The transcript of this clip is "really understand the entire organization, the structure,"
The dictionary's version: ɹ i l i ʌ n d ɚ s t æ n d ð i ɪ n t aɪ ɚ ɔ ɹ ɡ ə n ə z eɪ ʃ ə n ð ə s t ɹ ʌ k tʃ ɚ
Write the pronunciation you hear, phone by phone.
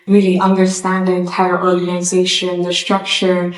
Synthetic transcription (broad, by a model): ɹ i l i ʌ n d ɚ s t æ n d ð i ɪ n t aɪ ɚ ɔ ɹ ɡ ə n ə z eɪ ʃ ə n ð ə s t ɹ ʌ k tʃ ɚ